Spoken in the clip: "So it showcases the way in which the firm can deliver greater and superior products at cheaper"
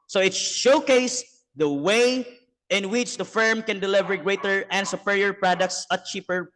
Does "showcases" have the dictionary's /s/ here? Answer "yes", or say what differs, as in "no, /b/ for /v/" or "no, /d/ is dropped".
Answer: no, /s/ is dropped